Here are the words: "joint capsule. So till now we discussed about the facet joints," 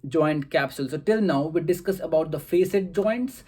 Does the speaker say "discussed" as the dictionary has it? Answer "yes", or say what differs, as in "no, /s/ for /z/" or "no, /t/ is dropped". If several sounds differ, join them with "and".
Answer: no, /t/ is dropped